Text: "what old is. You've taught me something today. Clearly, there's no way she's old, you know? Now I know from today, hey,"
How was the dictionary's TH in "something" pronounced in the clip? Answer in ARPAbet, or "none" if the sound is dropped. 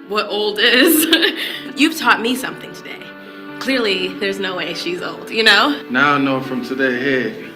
TH